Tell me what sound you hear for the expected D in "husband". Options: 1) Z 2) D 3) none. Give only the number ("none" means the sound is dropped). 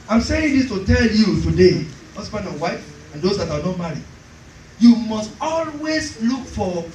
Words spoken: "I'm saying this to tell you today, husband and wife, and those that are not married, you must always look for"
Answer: 3